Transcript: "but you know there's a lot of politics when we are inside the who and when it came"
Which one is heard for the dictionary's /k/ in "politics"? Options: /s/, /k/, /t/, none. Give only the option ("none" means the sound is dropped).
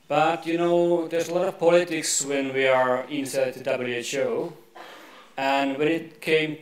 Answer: /k/